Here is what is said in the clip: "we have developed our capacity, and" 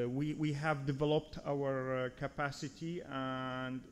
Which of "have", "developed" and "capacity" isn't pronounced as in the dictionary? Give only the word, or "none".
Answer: none